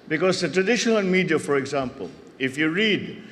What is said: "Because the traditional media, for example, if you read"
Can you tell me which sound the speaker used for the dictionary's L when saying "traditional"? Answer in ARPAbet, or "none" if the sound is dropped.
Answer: N